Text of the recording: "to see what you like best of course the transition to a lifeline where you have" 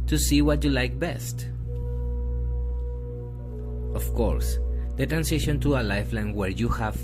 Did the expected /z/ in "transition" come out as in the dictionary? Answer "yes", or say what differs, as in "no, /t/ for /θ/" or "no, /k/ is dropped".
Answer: no, /s/ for /z/